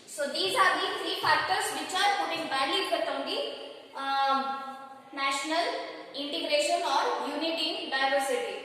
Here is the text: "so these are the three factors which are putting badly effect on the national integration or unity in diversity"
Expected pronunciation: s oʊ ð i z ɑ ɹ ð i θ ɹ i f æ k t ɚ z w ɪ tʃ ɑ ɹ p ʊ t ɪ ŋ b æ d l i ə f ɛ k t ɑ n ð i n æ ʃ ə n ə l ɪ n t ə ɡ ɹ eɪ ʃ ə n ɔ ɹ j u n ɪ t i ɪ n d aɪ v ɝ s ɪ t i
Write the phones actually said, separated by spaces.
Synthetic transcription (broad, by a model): s oʊ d i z ɑ ɹ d i t ɹ i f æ k t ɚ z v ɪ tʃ ɑ ɹ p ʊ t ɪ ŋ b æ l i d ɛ t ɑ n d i n æ ʃ ə n ə l ɪ n t ə ɡ ɹ eɪ ʃ ə n ɔ ɹ j u n ɪ t i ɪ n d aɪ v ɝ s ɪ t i